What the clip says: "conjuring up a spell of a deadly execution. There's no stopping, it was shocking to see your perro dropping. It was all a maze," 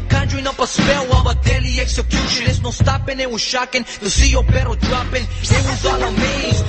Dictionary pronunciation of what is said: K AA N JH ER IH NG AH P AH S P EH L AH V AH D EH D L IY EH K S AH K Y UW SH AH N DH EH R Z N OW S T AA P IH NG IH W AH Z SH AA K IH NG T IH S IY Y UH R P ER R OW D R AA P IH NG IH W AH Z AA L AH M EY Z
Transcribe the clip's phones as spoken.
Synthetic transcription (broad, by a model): K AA N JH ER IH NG AH P AH S P EH L AH V AH D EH L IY EH K S AH K Y UW SH AH N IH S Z N OW S T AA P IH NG IH W AH Z SH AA K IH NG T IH S IY Y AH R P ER R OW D R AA P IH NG IH W AH Z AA N AH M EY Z